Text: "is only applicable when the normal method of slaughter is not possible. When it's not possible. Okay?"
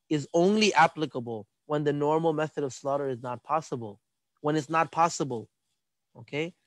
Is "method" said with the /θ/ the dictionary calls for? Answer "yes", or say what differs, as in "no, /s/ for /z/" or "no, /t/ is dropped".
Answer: yes